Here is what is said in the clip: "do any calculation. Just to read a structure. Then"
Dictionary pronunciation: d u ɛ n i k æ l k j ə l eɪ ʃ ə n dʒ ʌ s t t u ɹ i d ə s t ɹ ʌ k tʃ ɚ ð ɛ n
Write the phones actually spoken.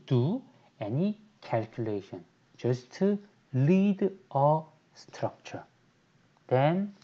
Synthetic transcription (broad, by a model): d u ɛ n i k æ l k j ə l eɪ ʃ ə n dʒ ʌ s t t u l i d ə s t ɹ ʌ k tʃ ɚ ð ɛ n